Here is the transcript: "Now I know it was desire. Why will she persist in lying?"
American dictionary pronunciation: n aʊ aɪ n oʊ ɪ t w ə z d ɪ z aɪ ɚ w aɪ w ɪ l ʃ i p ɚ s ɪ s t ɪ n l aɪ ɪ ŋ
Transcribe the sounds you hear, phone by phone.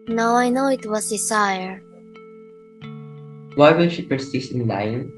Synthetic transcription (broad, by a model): n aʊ aɪ n oʊ ɪ t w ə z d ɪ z aɪ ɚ w aɪ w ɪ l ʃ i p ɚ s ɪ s ɪ n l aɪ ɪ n